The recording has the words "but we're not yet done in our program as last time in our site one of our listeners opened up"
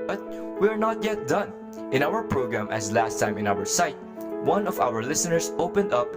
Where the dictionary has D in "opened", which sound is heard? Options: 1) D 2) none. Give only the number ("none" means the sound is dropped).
1